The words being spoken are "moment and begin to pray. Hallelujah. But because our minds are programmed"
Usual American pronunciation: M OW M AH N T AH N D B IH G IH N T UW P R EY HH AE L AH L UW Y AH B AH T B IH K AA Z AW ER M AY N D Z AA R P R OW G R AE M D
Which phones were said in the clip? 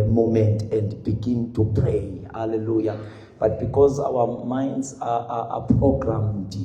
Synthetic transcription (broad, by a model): M OW M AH N T AH N D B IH G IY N T UW P R EY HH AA L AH L UW Y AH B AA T B IH K AA Z AW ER M AY N D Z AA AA P R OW G R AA M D